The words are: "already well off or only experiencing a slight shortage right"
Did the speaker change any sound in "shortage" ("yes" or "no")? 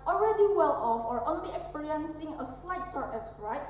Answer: yes